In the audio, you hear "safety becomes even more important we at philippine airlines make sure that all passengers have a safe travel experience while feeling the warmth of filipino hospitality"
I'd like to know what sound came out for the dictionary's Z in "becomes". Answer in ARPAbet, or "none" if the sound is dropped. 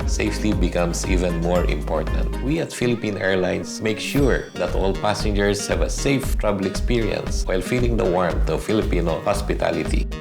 S